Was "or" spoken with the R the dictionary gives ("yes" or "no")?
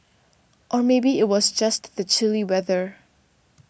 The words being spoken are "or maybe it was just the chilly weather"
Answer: yes